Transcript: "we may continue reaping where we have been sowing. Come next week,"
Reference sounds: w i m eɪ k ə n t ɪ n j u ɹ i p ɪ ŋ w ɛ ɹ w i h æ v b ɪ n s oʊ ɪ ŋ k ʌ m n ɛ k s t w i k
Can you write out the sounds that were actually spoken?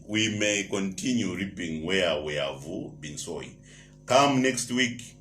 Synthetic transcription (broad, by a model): w i m eɪ k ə n t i n j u ɹ i p ɪ ŋ w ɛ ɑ w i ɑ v b ɪ n s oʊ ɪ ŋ k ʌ m n ɛ k s t w i k